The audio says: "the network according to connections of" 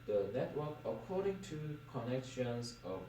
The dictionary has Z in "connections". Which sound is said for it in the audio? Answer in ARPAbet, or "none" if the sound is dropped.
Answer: S